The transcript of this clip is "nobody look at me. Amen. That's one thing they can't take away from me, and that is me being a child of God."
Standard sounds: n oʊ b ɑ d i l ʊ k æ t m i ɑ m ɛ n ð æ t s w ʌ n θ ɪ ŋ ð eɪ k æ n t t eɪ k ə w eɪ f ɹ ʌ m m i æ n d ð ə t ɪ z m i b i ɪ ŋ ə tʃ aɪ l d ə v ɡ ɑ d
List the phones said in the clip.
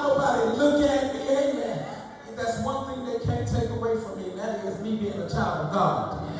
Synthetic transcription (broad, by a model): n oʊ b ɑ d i l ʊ k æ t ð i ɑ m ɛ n ð æ t s w ʌ n θ ɪ ŋ ð eɪ k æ n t t eɪ k ə w eɪ f ɹ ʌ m m i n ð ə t ɪ z m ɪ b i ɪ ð ə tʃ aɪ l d ə v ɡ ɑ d